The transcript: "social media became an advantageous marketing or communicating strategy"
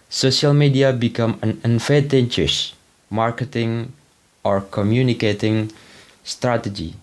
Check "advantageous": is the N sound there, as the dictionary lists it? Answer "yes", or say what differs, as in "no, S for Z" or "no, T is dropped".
no, N is dropped